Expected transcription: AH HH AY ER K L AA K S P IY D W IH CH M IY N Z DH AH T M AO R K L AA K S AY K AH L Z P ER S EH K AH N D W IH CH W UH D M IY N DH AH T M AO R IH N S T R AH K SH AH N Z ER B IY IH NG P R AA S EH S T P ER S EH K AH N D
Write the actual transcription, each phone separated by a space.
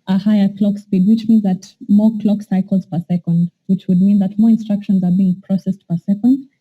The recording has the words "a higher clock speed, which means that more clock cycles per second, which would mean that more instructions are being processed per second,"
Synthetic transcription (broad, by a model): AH HH AY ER K L AA K S P IY D W IH CH M IY N Z DH AH T M AO R K L AA K S AY K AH L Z P ER S EH K AH N D W IH CH W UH D M IY N DH AH T M AO R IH N S T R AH K SH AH N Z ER B IY IH NG P R AA S EH S T P ER S EH K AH N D